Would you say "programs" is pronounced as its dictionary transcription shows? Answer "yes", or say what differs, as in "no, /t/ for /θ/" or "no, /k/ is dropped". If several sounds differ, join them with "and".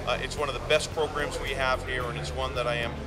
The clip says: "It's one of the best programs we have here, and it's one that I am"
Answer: yes